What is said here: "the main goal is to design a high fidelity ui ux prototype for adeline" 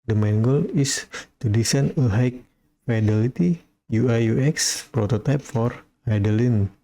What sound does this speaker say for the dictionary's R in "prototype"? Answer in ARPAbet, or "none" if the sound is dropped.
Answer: R